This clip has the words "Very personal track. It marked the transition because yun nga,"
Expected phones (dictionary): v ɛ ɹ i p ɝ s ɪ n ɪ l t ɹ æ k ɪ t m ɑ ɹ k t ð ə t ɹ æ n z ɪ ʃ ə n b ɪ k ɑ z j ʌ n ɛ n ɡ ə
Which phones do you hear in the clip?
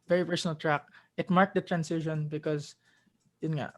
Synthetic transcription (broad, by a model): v ɛ ɹ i p ɝ s ɪ n ɪ l t ɹ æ k ɪ t m ɑ ɹ k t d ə t ɹ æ n s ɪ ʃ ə n b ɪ k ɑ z j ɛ n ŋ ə